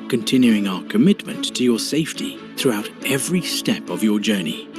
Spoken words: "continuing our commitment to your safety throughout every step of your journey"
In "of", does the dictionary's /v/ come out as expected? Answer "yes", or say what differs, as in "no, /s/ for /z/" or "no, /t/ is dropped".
yes